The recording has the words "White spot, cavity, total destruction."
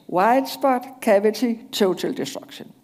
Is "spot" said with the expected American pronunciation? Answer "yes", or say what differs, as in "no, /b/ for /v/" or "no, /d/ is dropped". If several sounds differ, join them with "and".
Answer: no, /b/ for /p/